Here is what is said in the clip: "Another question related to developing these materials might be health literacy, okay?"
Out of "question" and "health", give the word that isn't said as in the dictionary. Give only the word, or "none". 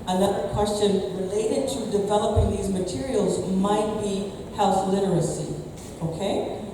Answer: none